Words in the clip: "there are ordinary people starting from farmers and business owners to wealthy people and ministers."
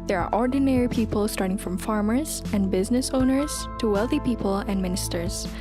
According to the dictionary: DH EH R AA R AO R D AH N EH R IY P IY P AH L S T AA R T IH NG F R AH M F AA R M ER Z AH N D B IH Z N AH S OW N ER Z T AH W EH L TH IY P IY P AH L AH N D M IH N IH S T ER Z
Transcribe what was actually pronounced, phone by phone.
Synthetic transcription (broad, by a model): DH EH R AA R AO R D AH N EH R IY P IY P AH L S T AA R T IH NG F R AH M F AA R M ER Z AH N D B IH Z N AH S OW N ER Z T AH W EH L TH IY P IY P AH L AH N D M IH N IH S T ER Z